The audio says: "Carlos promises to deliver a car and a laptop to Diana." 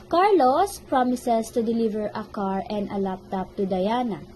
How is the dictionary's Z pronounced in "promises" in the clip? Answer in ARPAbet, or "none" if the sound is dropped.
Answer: S